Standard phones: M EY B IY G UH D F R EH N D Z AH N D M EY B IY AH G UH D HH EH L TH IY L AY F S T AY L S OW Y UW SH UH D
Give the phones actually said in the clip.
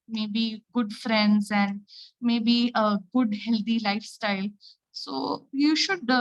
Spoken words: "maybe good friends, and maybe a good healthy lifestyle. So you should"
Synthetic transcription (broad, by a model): M EY B IY G UH D F R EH N D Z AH N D M EY B IY AH G UH D HH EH L T IY L AY F S T AY L S OW Y UW SH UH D